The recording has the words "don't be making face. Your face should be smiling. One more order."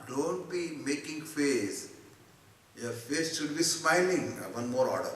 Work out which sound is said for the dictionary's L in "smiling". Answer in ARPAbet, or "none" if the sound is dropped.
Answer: L